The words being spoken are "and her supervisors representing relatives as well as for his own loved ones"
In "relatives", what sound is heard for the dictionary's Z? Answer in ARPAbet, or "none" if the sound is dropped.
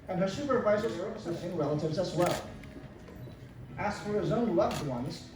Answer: Z